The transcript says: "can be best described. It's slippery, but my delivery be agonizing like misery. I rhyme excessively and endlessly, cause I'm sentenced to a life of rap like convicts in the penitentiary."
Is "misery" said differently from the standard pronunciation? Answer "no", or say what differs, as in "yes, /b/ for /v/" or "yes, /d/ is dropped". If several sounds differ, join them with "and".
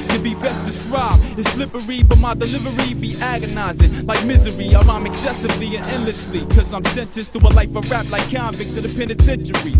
no